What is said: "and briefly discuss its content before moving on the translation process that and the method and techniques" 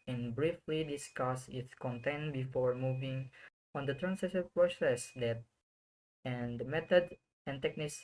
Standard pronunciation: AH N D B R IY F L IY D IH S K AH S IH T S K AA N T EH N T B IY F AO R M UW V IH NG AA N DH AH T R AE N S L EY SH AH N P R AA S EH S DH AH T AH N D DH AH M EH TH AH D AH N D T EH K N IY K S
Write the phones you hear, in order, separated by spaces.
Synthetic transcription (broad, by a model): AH N B R IY F L IY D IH S K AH S IH T S K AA N T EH N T B IY F AO R M UW V IH NG AA N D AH T R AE N S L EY S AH P R AA S EH S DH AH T AH N D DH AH M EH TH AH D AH N T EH K N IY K S